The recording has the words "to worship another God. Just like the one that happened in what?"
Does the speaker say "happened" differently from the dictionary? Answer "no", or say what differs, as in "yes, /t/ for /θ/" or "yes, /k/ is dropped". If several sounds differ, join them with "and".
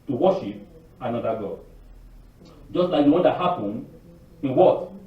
yes, /d/ is dropped